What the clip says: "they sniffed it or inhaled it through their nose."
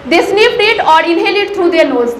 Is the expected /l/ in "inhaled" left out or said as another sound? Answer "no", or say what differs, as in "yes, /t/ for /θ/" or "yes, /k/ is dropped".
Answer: yes, /l/ is dropped